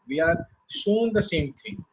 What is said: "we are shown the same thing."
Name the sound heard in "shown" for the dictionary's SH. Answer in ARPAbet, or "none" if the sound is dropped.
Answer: S